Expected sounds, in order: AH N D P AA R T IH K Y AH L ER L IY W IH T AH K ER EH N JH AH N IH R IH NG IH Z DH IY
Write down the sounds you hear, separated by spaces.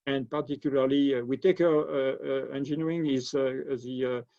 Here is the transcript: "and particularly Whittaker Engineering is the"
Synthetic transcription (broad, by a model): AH N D P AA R T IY K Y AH L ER L IY W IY T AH K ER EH N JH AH N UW IH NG IH Z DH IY